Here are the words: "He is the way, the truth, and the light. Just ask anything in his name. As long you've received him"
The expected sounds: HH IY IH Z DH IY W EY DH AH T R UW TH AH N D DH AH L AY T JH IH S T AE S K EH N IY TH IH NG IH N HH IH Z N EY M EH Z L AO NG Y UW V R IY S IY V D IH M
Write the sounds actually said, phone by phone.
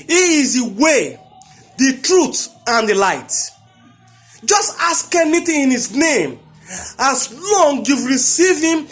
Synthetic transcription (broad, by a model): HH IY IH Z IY W EY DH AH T R UW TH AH N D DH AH L AY T JH IH S T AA S K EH N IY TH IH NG IH N HH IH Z N EY M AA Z L AO NG Y UW V R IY S IY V IH M